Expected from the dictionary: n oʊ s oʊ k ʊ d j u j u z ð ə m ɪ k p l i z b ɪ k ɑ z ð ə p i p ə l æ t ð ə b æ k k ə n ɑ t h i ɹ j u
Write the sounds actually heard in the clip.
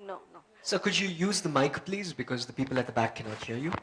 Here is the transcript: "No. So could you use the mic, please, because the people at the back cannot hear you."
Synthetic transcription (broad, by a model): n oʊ s oʊ k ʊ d j u j u z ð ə m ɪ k p l i z b ɪ k ɑ z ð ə p i p ə l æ t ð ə b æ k k ə n ɑ t h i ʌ j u